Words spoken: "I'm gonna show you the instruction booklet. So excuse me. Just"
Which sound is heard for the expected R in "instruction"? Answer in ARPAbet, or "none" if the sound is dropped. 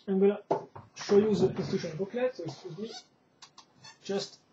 none